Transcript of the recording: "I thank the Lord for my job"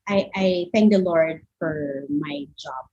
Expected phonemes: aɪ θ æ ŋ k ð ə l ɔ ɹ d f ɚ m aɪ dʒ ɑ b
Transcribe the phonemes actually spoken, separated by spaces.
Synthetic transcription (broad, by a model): aɪ θ æ ŋ k ð ə l ɔ ɹ d f ɚ m aɪ dʒ ɑ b